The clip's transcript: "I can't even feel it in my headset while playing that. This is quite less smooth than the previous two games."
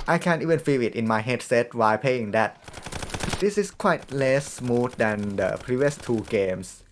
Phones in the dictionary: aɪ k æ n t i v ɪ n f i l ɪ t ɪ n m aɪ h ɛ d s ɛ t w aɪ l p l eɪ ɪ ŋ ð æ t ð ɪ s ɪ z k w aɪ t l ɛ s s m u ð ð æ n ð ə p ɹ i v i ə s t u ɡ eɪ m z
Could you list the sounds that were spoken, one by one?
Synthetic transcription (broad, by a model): aɪ k æ n t i v ɪ n f i l ɪ t ɪ n m aɪ h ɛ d s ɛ t w aɪ l p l eɪ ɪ ŋ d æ t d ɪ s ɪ s k w aɪ t l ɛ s s m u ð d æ n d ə p ɹ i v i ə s t u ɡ eɪ m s